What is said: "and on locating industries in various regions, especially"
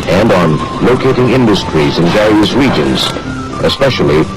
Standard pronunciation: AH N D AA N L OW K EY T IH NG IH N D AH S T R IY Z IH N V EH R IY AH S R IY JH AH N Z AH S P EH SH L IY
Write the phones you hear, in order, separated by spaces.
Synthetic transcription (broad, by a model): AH N D N L OW K EY T IH NG IH N D AH S T R IY Z IH N V EH R IY AH S R IY JH AH N Z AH S P EH SH L IY